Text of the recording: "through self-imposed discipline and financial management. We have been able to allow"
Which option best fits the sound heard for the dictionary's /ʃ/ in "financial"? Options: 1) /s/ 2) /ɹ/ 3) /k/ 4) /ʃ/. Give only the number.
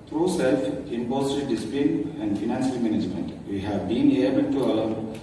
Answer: 1